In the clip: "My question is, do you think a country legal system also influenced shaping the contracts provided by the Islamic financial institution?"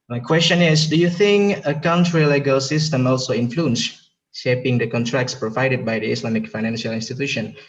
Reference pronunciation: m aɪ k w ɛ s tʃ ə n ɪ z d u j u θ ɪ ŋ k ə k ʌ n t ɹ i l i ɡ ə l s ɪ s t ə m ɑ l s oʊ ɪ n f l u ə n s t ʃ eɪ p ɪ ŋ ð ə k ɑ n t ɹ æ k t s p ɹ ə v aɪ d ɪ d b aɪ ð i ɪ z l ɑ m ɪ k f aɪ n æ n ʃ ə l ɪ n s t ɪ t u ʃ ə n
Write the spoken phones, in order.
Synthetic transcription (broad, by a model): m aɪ k w ɛ s tʃ ə n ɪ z d u j u θ ɪ ŋ k ə k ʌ n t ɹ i l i ɡ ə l s ɪ s t ə m ɑ l s oʊ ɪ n f l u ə n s ʃ eɪ p ɪ ŋ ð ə k ɑ n t ɹ æ k t s p ɹ ə v aɪ d ɪ d b aɪ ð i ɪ s l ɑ m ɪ k f aɪ n æ n ʃ ə l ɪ n s t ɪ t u ʃ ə n